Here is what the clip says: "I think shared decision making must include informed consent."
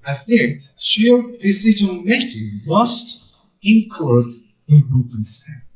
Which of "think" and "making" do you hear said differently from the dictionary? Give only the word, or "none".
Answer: none